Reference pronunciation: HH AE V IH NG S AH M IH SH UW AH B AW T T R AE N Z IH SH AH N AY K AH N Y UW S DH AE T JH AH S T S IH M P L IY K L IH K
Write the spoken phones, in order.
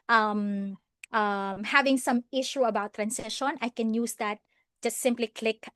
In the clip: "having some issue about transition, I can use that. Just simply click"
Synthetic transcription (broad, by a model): HH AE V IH NG S AH M IH SH UW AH B AW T T R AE N S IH SH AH N AY K AH N Y UW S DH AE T JH AH S T S IH M P L IY K L IH K